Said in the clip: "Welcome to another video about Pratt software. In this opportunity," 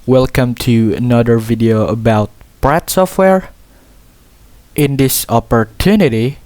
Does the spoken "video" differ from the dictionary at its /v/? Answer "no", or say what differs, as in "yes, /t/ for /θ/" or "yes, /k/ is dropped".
no